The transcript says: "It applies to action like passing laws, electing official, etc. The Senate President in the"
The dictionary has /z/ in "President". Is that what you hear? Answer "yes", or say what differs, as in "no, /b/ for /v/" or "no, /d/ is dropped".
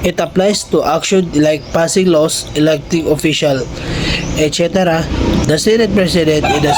no, /s/ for /z/